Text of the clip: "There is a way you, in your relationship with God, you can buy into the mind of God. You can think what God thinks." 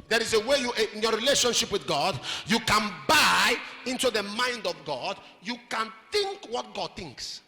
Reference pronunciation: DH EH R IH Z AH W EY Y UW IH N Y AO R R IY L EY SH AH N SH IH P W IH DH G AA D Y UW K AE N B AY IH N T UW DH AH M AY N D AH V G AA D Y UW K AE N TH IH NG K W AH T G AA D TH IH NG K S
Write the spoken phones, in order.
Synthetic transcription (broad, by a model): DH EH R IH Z AH W EY Y UW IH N Y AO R R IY L EY SH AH N SH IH P W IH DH G AA D Y UW K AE N B AY IH N T UW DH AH M AY N D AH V G AA D Y UW K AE N TH IH NG K W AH T G AA D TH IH NG K S